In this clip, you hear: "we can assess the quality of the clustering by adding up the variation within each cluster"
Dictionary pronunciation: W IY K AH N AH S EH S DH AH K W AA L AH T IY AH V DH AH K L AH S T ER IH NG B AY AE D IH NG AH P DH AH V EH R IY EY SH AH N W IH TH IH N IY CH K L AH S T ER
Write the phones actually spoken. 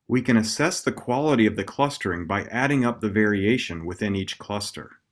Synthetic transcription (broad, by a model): W IY K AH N AH S EH S DH AH K W AA L AH T IY AH V DH AH K L AH S T ER IH NG B AY AE D IH NG AH P DH AH V EH R IY EY SH AH N W IH TH IH N IY CH K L AH S T ER